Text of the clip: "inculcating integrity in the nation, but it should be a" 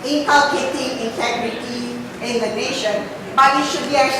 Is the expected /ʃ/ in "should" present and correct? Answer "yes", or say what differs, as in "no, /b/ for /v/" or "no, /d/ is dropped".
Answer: yes